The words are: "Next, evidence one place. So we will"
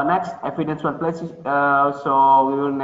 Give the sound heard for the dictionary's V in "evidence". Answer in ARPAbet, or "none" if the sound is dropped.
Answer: F